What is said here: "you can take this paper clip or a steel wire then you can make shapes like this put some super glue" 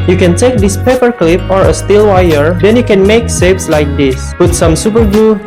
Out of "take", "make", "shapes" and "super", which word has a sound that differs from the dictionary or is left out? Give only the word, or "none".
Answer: shapes